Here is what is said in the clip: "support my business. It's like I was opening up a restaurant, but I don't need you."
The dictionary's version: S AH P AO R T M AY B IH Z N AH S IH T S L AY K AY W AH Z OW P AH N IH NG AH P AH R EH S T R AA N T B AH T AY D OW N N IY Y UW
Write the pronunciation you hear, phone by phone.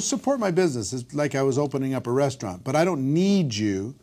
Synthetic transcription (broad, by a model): S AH P AO R T M AY B IH Z N AH S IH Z L AY K AY W AH Z OW P AH N IH NG AH P AH R EH S T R AA N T B AH T AY D OW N N IY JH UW